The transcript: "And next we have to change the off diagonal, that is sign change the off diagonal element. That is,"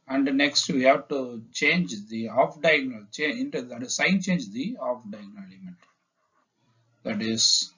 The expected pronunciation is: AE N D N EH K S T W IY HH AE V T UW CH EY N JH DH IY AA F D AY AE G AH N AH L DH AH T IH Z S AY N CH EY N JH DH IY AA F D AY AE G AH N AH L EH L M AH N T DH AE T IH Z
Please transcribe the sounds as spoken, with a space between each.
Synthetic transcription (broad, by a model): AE N D N EH K S T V IY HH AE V T UW CH EY N JH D IY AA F D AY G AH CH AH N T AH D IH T S AY N CH EY N JH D IY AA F D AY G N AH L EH M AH N T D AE T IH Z